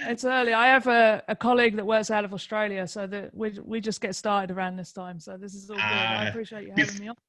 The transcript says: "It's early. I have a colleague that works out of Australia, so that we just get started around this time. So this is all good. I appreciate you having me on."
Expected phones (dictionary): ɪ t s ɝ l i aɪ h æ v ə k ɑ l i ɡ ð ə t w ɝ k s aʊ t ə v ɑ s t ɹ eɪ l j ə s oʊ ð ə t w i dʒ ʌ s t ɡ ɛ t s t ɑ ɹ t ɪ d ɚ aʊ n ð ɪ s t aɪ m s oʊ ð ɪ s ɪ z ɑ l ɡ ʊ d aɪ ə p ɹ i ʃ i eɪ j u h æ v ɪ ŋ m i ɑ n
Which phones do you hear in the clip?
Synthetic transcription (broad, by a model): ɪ t s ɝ l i aɪ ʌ v ə k ɑ l i ɡ ð ə t w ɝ k s aʊ t ə v ɑ s t ɹ eɪ l j ə s oʊ ð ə t w i dʒ ʌ s ɡ ɛ t s t ɑ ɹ t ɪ d ɚ aʊ n ð ɪ s t aɪ m s oʊ ð ɪ s ɪ z ɑ l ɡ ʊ aɪ ə p ɹ i ʃ i eɪ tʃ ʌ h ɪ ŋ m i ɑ